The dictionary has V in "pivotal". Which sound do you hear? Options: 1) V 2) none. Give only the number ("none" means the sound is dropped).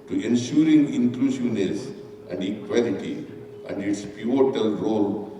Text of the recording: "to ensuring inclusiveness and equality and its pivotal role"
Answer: 2